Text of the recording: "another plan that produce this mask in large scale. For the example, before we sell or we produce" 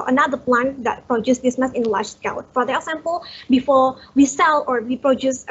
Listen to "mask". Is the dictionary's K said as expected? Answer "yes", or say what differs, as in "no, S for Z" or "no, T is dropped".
no, K is dropped